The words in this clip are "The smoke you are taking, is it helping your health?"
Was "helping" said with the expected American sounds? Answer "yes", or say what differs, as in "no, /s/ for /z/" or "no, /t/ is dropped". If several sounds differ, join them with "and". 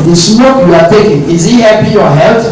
no, /l/ is dropped